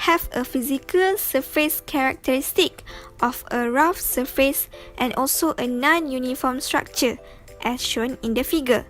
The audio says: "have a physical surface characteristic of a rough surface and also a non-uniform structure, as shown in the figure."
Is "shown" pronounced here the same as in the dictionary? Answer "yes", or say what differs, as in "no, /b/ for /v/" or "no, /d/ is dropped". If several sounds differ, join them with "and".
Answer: yes